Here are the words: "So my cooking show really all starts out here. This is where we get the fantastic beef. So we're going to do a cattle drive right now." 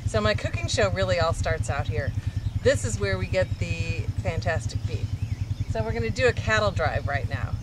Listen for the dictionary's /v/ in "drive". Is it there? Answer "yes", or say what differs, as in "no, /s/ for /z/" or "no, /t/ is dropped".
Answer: yes